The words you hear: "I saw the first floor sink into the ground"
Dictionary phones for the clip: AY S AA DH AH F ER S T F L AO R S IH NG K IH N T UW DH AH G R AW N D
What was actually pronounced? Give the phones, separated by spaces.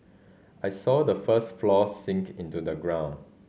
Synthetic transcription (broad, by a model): AY S AA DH AH F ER S T F L AO S IH NG K IH N T UW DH AH G R AW N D